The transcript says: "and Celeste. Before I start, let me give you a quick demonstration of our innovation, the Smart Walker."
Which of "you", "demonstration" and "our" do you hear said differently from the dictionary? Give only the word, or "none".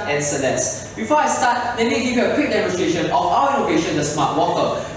our